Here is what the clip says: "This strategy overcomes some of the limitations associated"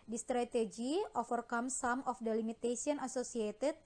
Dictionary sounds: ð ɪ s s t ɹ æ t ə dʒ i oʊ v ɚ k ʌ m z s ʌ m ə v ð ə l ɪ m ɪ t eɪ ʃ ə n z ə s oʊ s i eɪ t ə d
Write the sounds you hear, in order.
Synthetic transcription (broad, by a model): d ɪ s s t ɹ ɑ t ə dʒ i oʊ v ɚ k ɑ m s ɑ m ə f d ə l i m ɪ t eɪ s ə n ə s oʊ s i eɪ t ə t